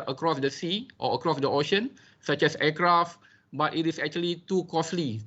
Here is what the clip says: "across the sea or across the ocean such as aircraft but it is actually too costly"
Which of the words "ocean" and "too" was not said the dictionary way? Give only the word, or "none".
none